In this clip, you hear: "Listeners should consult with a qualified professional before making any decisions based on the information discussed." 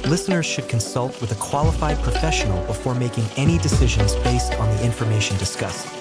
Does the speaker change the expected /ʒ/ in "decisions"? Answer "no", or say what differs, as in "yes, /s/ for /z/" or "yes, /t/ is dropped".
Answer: no